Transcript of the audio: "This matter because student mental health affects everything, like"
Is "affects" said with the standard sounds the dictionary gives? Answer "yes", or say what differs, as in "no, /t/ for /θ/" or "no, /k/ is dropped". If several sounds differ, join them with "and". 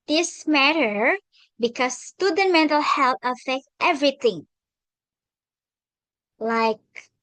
no, /s/ is dropped